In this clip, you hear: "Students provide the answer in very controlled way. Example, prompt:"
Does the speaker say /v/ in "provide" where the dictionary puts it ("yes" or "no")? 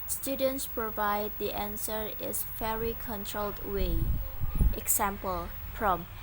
yes